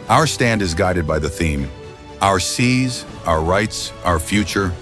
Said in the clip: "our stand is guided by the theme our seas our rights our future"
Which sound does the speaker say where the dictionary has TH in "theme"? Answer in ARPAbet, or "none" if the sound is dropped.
TH